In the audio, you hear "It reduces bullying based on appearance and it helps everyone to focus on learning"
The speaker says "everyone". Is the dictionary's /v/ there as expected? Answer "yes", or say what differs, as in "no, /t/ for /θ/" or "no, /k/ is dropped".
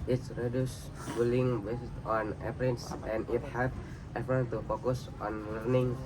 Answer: no, /f/ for /v/